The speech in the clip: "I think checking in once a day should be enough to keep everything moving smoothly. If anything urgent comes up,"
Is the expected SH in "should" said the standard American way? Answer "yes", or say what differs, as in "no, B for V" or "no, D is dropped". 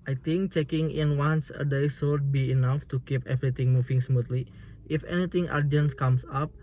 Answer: no, S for SH